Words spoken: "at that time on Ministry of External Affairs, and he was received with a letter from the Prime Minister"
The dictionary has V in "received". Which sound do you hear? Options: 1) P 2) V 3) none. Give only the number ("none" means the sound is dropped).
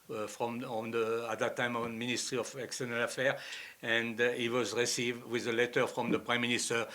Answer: 2